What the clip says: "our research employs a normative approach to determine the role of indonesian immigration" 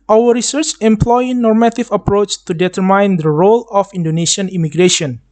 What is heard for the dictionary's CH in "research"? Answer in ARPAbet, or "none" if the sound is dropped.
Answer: CH